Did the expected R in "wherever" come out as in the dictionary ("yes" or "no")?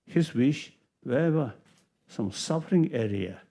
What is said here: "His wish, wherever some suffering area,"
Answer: no